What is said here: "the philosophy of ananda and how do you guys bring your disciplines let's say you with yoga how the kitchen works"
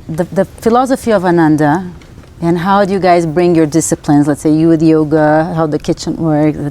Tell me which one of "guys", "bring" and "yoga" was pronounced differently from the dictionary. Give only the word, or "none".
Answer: none